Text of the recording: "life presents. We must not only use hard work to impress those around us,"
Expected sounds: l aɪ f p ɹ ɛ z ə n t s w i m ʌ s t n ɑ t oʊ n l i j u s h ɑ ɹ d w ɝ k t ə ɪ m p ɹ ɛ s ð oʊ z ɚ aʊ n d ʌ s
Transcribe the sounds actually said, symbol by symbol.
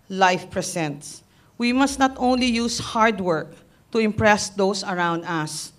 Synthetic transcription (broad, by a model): l aɪ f p ɹ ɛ s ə n t s w i m ʌ s t n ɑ t oʊ n l i j u s h ɑ ɹ d w ɝ k t ə ɪ m p ɹ ɛ s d oʊ s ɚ aʊ n d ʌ s